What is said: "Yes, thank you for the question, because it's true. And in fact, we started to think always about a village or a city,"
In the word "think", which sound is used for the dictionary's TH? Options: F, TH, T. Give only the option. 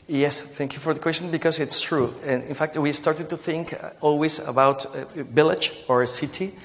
TH